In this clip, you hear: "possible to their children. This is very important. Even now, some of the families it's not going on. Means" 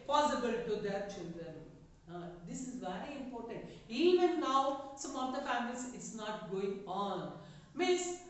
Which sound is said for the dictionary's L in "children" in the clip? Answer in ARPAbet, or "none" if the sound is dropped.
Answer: N